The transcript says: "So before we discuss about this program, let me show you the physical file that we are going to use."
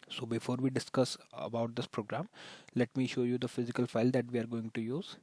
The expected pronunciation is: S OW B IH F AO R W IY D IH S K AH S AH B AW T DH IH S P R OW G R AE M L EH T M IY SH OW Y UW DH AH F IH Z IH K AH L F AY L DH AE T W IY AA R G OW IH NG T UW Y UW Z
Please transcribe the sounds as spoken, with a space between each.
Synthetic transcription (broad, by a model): S OW B IH F AO R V IY D IH S K AH S AH B AW T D IH S P R OW G R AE M L EH T M IY SH OW Y UW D AH F IH Z IH K AH L F AY L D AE T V IY AA R G OW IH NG T UW Y UW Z